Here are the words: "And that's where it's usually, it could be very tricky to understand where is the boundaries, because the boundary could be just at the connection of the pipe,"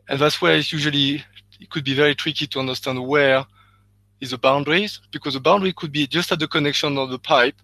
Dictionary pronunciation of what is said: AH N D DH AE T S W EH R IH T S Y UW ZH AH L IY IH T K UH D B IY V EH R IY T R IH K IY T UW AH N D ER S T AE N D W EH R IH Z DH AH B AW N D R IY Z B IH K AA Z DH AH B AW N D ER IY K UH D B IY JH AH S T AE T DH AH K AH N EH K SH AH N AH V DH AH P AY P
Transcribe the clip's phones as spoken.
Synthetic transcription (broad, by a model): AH N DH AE T S W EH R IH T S Y UW ZH AH L IY IH T K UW D B IY V EH R IY T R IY K IY T UW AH N D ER S T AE N D W EH R IH Z DH AH B AW N D R IY Z B IH K AA Z DH AH B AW N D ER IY K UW D B IY JH AH S T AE T DH AH K AH N EH K SH AH N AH DH AH P AY P